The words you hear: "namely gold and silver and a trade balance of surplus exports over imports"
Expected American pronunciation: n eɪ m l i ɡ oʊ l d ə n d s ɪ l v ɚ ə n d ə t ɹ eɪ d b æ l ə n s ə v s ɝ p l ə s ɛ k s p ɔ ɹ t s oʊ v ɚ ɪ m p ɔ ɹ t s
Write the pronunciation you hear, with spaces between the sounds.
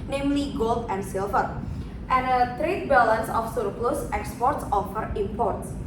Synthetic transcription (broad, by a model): n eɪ m l i ɡ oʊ l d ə n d s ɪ l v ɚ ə n ə t ɹ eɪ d b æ l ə n s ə f s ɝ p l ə s ɛ k s p ɔ ɹ t s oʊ f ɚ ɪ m p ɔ ɹ t s